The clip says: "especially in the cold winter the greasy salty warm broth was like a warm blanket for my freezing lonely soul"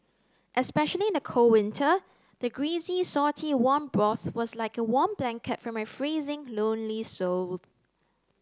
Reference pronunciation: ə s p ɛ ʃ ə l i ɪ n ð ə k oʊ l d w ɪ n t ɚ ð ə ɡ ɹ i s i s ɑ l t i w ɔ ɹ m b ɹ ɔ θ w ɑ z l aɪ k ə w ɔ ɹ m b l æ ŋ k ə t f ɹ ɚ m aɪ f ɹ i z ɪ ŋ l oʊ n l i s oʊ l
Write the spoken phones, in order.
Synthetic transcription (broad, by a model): ə s p ɛ ʃ ə l i ɪ n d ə k oʊ w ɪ n t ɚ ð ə ɡ ɹ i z i s ɑ t i w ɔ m b ɹ ɔ θ w ɑ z l aɪ k ə w ɔ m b l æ ŋ k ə t f ɹ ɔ m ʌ f ɹ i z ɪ ŋ l oʊ n l i s oʊ